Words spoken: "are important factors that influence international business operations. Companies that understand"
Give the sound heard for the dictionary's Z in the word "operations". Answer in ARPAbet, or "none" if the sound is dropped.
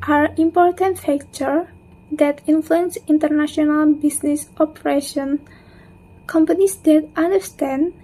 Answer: none